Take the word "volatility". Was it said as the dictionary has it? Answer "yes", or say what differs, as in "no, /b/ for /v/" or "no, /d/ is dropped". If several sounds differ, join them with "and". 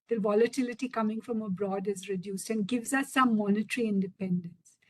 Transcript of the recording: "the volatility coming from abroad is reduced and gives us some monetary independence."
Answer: yes